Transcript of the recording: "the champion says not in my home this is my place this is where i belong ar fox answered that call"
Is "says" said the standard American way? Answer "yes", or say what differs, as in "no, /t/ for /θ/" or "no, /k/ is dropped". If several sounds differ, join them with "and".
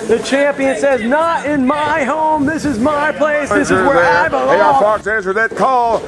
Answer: yes